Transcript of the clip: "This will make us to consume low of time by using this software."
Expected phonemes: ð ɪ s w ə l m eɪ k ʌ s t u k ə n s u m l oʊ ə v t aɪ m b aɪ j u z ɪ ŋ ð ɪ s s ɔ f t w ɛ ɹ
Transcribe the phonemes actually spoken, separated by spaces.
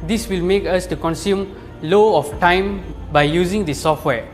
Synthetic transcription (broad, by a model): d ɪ s w ə l m eɪ k ʌ s t u k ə n s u m l oʊ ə f t aɪ m b aɪ j u z ɪ ŋ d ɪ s s ɔ f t w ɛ